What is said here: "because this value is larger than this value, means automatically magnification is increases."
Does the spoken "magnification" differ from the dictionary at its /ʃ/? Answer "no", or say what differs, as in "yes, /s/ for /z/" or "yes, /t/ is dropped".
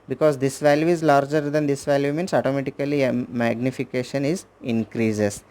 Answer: no